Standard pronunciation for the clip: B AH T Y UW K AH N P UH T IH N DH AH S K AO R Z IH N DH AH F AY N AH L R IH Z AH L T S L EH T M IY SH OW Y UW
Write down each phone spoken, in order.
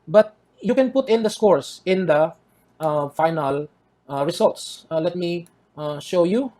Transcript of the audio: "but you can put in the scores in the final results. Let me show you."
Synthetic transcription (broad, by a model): B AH T Y UW K AH N P UH T IH N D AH S K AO R S IH N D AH F AY N AH L R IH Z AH L T S L EH T M IY SH OW Y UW